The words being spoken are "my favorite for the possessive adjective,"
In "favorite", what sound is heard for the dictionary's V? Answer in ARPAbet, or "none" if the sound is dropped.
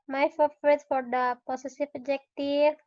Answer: F